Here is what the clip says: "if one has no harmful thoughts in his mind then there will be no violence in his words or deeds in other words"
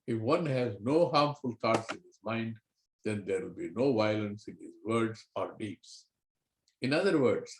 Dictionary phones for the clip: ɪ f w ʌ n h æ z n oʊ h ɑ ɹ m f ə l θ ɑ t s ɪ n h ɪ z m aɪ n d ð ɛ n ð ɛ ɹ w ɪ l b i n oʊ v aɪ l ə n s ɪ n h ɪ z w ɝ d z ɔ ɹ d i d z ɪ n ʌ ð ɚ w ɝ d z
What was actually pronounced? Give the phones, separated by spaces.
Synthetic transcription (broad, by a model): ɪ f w ʌ n h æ z n oʊ h ɑ ɹ m f ə l t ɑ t s ɪ n h ɪ z m aɪ n d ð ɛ n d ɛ ɹ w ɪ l b i n oʊ v aɪ l ə n s ɪ n h ɪ z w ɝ d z ɔ ɹ d i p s ɪ n ʌ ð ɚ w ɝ d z